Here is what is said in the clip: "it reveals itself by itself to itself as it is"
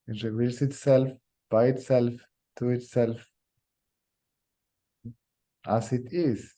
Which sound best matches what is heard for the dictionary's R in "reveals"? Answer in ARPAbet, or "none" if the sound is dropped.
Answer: W